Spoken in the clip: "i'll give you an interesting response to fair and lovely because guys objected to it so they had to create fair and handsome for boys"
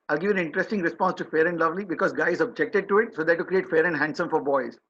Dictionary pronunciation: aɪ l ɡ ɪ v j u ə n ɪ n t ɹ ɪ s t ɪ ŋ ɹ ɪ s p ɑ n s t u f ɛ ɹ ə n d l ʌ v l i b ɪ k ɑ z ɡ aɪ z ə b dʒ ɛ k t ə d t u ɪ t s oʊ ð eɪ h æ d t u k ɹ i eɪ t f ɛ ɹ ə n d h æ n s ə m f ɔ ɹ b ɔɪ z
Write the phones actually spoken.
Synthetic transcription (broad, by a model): aɪ l ɡ ɪ v ə n ɪ n t ɹ ɪ s t ɪ ŋ ɹ ɪ s p ɑ n s t u f ɛ ɹ ə n d l ʌ v l i b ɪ k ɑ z ɡ aɪ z ə b dʒ ɛ k t ə d t u ɪ t s oʊ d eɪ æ t u k ɹ i eɪ t f ɛ ɹ ə n d h æ n s ə m f ɔ ɹ b ɔɪ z